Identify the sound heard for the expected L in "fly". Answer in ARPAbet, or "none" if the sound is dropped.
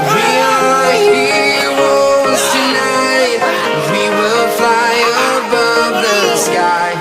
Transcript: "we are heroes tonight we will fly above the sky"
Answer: L